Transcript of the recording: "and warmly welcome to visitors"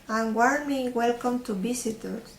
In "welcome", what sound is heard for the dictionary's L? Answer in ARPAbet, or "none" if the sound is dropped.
L